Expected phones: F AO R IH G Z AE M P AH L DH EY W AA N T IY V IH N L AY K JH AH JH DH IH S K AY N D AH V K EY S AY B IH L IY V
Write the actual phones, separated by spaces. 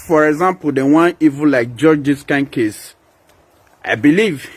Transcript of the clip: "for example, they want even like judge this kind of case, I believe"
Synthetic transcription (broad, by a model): F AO R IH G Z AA M P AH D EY W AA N IY V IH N L AY K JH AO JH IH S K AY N K EY S AY B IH L IY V